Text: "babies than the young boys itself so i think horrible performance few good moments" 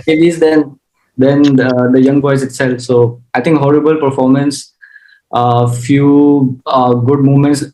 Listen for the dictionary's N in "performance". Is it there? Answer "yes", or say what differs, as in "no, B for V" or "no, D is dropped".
yes